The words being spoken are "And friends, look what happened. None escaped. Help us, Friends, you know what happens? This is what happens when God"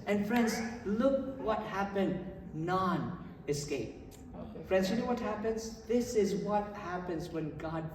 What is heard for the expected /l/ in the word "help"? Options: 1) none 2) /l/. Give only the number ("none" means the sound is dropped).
1